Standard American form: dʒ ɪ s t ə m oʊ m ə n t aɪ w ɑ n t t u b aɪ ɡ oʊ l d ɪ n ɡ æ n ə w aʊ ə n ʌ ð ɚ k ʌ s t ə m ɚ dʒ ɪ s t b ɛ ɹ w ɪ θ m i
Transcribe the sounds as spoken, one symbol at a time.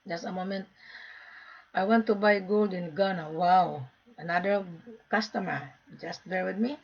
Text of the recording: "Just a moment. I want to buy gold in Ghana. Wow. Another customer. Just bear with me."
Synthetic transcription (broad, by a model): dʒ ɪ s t ə m oʊ m ə n t aɪ w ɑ n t t u b aɪ ɡ oʊ l d ɪ n ɡ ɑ n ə w aʊ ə n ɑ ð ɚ k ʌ s t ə m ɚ dʒ ɪ s t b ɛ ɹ w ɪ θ m i